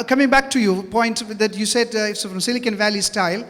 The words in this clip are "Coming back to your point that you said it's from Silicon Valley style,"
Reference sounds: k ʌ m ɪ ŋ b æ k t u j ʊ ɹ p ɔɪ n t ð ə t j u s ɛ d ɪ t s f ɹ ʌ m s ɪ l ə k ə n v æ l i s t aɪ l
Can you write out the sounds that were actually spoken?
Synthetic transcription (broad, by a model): k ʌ m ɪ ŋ b æ k t u j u p ɔɪ n t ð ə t j u s ɛ d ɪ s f ɹ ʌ m s ɪ l ə k ə n v æ l i s t aɪ l